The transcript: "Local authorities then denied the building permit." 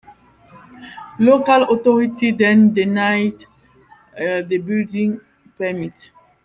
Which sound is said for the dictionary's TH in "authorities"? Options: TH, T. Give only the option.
T